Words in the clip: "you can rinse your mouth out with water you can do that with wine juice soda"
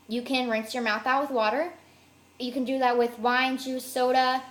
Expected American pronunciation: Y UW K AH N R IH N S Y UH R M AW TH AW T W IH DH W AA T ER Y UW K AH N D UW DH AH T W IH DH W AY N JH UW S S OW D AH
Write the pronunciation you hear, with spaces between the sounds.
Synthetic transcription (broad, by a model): Y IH K AH N R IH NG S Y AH R M AW TH AW T W IH DH W AA T ER Y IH K AH N D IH DH AH T W IH DH W AY N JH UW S S OW D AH